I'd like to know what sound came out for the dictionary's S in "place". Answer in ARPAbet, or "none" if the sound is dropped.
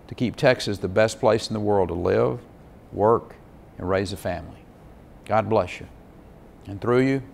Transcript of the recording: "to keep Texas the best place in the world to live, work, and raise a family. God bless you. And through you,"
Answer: S